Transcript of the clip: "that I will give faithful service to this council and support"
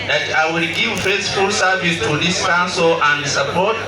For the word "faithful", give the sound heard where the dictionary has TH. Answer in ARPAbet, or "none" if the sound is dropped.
S